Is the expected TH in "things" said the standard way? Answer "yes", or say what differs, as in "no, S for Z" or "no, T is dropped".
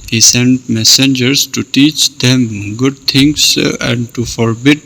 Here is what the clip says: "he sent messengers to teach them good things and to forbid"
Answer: no, T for TH